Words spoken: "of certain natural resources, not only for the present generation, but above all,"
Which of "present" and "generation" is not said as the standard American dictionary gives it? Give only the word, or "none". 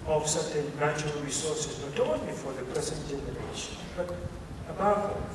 present